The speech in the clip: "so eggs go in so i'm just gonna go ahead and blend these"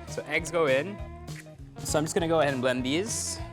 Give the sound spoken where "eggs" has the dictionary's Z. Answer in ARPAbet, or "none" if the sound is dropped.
Z